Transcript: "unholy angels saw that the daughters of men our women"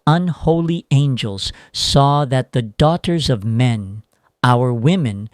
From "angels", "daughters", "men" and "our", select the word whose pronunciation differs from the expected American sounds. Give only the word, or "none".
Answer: none